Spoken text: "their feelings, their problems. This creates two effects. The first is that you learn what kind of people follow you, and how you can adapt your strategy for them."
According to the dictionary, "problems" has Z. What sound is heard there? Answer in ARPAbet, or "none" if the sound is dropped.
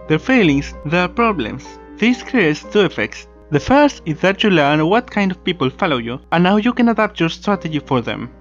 S